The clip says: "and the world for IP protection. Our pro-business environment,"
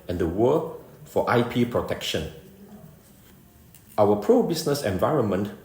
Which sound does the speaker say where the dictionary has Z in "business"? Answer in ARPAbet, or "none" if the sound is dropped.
S